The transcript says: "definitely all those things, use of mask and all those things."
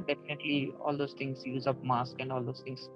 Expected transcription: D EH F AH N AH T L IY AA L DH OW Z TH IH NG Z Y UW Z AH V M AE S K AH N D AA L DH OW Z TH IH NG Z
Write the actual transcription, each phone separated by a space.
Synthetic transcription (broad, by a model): D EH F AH N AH T L IY AA L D OW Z T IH NG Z Y UW Z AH P M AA S K AH N D AA L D OW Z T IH NG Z